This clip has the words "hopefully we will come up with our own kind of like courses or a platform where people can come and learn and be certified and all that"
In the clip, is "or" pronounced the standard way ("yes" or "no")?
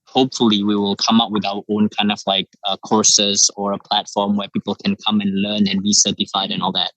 yes